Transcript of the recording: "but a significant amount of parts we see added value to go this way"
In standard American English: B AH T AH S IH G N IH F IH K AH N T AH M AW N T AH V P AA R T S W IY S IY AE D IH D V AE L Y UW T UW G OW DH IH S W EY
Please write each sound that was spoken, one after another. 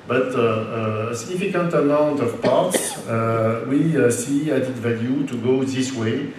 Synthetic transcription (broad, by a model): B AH T AH S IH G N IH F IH K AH N T AH M AW N T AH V P AA R T S W IY S IY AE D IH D V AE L Y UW T UW G OW DH IH S W EY